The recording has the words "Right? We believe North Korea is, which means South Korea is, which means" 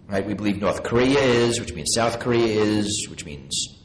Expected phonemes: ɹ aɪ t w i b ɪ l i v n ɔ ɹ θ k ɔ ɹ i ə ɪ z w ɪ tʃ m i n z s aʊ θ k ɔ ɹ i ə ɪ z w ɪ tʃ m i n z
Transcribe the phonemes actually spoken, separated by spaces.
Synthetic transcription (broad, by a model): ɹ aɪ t w i b ɪ l i v n ɔ ɹ θ k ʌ ɹ i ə ɪ z w ɪ tʃ m i n z s aʊ θ k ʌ ɹ i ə ɪ z w ɪ tʃ m i n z